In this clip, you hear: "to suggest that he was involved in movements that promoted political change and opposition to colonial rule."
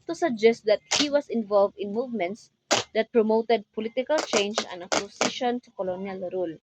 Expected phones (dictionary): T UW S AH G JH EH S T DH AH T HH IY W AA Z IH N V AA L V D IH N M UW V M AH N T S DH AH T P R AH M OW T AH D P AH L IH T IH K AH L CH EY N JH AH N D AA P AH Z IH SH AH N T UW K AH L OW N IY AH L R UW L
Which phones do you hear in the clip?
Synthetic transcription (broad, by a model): T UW S AH G JH EH S T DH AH T HH IY W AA S IH N V AA L V D IH N M UW V M AH N T S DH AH T P R AH M OW T AH D P AH L IH T IH K AH L CH EY N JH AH N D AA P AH S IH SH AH N T UW K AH L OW N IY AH L R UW L